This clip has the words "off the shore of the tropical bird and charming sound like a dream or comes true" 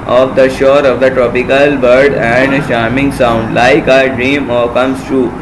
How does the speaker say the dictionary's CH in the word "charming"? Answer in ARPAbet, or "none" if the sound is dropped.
SH